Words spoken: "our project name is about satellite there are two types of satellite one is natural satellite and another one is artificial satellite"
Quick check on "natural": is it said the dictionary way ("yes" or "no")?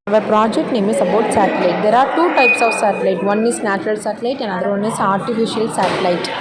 yes